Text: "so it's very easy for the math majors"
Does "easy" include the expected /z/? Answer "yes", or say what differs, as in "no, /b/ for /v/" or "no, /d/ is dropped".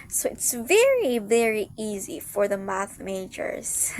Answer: yes